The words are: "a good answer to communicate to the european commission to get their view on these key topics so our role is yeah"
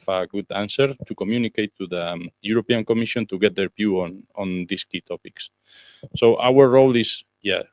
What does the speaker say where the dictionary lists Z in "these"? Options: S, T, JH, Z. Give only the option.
S